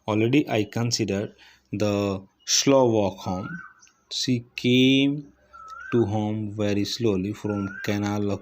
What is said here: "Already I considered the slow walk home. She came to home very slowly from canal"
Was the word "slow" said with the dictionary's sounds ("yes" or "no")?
yes